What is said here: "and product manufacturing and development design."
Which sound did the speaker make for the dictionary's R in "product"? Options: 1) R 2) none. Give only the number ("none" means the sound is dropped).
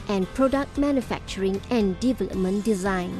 1